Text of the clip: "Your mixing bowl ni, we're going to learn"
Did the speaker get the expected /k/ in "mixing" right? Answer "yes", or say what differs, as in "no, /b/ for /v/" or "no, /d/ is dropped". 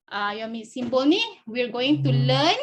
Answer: no, /k/ is dropped